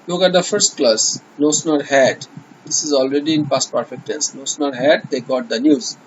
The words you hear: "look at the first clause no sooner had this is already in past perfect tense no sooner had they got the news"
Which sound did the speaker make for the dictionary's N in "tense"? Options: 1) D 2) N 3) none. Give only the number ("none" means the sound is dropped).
3